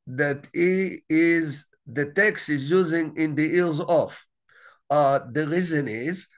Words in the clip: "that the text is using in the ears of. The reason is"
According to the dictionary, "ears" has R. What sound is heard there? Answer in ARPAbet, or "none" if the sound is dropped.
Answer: L